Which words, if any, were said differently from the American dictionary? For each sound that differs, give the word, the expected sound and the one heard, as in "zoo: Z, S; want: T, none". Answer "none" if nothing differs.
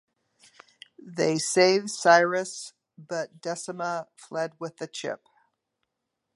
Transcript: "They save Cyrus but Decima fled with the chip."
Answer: decima: CH, S